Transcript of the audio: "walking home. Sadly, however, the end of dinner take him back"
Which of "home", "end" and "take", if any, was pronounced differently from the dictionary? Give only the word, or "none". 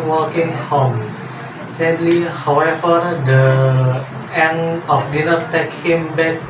end